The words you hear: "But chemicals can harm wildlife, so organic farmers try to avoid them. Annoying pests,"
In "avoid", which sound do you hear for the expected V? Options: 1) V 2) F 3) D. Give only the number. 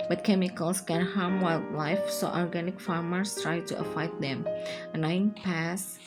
2